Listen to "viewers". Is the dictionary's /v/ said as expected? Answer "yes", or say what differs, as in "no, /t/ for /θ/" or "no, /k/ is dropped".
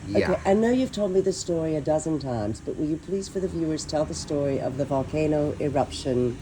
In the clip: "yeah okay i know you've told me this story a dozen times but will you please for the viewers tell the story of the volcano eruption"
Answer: yes